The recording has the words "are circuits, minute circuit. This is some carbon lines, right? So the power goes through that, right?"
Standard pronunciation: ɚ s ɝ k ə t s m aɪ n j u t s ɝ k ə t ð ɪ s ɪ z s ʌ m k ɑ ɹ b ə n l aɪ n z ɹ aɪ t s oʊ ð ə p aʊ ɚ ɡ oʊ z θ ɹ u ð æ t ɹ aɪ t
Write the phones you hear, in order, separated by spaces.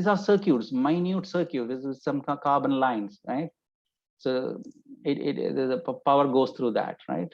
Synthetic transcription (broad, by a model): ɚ s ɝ k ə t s m aɪ n j u t s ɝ k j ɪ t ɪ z s ʌ m k ɑ ɹ b ə n l aɪ n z ɹ aɪ t s oʊ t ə p aʊ ɚ ɡ oʊ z t ɹ u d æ t ɹ aɪ t